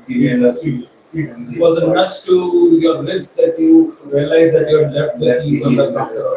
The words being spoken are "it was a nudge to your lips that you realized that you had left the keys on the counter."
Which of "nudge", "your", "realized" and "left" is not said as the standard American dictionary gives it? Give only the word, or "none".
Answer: nudge